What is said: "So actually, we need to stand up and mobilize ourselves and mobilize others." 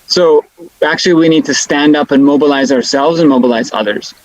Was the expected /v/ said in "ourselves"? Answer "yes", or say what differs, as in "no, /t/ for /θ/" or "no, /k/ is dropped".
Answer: yes